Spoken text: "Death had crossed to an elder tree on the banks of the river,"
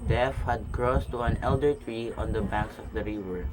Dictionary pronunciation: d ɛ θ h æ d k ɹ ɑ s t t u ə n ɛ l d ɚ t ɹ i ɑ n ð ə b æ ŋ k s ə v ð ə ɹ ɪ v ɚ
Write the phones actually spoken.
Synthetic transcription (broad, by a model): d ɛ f h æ d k ɹ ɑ s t t u ə n ɛ l d ɚ t ɹ i ɑ n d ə b æ ŋ k s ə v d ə ɹ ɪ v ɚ